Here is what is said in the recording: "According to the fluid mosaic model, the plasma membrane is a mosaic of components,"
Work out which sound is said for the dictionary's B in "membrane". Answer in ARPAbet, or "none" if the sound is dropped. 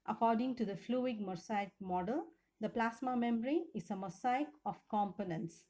none